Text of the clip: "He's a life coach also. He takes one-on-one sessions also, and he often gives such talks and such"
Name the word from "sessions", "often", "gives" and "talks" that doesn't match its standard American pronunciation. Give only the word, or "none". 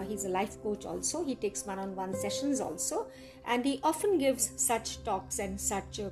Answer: none